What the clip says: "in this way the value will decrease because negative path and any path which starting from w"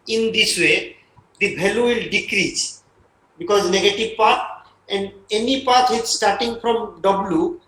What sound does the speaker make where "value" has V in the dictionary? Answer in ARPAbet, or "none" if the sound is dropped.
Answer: B